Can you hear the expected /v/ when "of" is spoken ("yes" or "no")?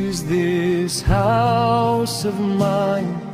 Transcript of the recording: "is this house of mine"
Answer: yes